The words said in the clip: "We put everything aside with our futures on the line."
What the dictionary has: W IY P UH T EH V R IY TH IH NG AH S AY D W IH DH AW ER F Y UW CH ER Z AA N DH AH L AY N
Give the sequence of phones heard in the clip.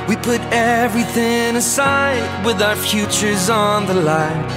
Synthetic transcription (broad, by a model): W IY P UH T EH V R IY TH IH NG AH S AY D W IH DH AW ER F Y UW CH ER Z N DH AH L AY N